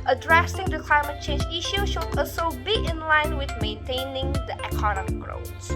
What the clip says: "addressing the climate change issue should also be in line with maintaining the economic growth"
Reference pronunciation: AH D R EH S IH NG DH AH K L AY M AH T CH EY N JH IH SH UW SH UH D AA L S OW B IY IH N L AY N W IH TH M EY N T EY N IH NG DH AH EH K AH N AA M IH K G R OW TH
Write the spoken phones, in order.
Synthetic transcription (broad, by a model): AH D R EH S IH NG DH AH K L AY M AH T CH EY N JH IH SH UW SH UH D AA S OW B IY IH N L AY N W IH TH M EY N T EY N IH NG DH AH EH K AH N AA M IH K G R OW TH